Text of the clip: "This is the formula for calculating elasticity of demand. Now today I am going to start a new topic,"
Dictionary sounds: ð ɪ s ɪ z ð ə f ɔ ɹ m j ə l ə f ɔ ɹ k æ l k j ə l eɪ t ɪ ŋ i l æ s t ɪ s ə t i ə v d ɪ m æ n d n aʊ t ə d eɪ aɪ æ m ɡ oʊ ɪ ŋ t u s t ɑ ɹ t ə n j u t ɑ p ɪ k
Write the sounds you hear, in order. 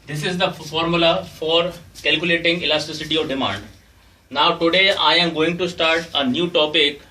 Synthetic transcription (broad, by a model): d ɪ s ɪ z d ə f ɔ ɹ m j ə l ə f ɔ ɹ k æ l k j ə l eɪ t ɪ ŋ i l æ s t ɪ s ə t i ə v d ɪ m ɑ n d n aʊ t ə d eɪ aɪ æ m ɡ oʊ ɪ ŋ t u s t ɑ ɹ t ə n j u t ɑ p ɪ k